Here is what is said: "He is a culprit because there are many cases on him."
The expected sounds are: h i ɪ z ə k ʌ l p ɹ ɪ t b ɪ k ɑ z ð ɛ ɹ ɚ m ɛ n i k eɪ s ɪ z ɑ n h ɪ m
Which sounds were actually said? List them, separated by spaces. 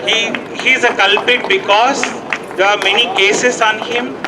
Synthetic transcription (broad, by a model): h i ɪ z ə k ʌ l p ɪ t b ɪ k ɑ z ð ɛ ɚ m ɛ n i k eɪ s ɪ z ɑ n h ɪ m